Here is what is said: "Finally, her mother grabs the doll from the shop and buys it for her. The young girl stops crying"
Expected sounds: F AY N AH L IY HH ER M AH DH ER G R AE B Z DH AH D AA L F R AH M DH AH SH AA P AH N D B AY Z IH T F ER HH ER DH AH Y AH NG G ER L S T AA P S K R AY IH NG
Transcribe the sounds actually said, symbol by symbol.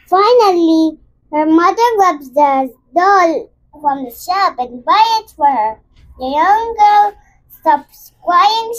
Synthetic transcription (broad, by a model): F AY N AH L IY HH ER M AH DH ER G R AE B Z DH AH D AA L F R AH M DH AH SH AA P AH N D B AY IH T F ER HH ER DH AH Y AH NG G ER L S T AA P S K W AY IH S